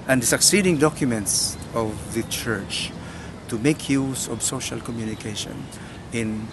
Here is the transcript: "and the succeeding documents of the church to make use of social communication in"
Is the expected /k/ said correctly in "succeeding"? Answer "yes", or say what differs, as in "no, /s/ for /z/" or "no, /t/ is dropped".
yes